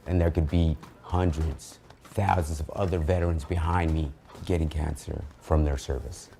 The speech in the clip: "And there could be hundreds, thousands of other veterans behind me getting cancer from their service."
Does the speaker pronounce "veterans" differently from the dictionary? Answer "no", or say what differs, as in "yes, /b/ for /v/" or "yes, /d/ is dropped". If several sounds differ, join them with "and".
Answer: no